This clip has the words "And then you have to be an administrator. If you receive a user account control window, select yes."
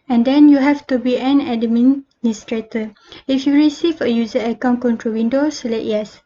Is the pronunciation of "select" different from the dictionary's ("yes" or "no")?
yes